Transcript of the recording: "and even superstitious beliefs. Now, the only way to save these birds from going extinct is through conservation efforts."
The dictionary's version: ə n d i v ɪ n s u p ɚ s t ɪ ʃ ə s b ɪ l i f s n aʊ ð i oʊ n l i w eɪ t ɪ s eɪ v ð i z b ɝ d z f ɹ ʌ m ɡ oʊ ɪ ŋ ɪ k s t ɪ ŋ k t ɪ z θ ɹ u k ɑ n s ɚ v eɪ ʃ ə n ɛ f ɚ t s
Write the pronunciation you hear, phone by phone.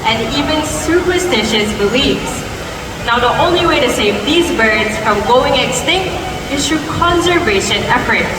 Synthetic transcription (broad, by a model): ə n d i v ɪ n s u p ɚ s t ɪ ʃ ə s b ɪ l i f s n aʊ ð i oʊ n l i w eɪ t ɪ s eɪ v ð i z b ɝ d z f ɹ ʌ m ɡ oʊ ɪ ŋ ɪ k s t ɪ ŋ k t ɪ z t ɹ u k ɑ n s ɚ v eɪ ʃ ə n ɛ f ɚ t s